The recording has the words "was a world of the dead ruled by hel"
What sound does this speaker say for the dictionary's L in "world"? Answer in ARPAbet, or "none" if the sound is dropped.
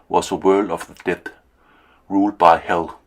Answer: L